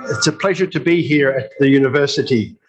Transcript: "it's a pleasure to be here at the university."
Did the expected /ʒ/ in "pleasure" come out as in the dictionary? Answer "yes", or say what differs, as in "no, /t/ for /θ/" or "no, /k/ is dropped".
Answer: yes